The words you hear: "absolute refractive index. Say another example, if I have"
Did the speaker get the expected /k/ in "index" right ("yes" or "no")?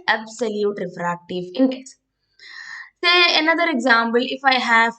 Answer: no